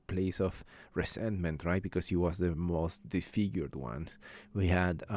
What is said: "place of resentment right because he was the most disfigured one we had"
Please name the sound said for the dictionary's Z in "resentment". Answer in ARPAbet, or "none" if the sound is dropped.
S